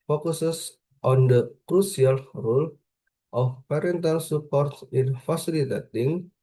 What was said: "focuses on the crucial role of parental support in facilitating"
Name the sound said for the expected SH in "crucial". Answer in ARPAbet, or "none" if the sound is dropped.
S